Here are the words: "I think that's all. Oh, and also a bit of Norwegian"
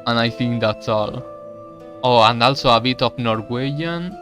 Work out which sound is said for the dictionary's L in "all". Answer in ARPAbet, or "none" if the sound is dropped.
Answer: L